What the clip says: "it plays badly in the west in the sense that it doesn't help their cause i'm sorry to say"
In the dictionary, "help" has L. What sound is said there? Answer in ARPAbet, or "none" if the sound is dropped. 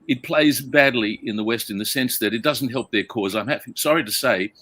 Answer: L